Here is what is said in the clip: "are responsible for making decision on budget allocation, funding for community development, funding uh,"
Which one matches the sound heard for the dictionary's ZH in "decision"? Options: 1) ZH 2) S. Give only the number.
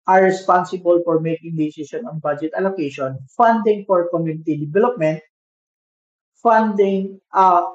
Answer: 2